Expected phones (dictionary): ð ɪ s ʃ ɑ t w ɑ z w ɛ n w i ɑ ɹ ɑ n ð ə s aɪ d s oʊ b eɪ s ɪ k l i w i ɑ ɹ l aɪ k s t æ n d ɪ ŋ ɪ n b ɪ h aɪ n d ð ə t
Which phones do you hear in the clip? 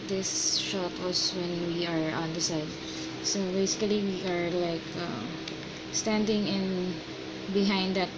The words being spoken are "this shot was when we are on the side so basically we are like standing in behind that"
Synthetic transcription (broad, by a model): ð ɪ s ʃ ɑ t w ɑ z w ɛ n w i ɑ ɹ ɑ n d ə s aɪ d s oʊ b eɪ s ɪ k l i w i ɑ ɹ l aɪ k s t æ n d ɪ ŋ ɪ n b ɪ h aɪ n d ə t